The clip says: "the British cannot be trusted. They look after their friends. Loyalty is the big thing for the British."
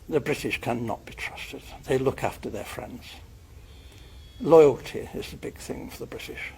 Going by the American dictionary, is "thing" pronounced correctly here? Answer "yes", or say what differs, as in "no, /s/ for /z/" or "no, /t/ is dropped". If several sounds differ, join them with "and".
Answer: yes